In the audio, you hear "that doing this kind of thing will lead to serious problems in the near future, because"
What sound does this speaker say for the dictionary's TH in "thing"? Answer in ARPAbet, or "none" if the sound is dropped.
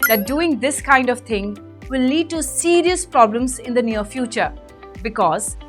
T